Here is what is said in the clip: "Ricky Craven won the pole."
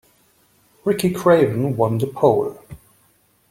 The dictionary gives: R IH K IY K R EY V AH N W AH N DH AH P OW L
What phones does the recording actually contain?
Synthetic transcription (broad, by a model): R IH K IY K R EY V AH N W AH N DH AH P OW L